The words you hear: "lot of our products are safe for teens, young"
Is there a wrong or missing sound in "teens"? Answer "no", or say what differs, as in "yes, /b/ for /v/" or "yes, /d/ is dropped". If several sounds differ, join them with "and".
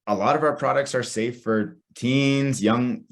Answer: no